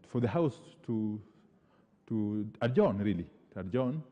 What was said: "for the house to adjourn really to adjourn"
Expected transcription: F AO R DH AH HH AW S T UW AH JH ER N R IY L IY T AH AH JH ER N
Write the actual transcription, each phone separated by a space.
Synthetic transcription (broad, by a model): F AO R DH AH HH AW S T UW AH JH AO N R IY L IY T AH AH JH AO N